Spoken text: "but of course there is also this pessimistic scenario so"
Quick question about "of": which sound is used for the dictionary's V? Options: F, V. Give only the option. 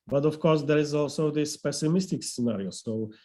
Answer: F